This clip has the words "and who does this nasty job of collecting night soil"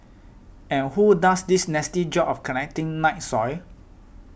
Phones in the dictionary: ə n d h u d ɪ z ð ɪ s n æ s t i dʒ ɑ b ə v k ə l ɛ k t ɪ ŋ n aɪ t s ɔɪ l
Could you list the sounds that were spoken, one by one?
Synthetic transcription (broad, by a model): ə n h u d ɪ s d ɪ s n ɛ s t i dʒ ɑ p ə f k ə n ɛ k t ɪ ŋ n aɪ t s ɔɪ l